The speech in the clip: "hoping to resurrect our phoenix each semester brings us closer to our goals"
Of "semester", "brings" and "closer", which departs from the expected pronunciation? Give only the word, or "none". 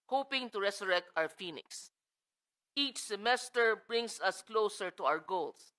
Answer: brings